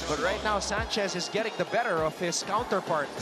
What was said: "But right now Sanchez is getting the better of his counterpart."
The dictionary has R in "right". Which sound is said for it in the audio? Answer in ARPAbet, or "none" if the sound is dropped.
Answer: R